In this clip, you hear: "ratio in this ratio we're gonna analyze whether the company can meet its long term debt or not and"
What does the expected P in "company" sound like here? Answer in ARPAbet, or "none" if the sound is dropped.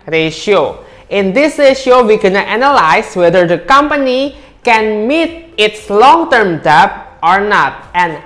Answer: P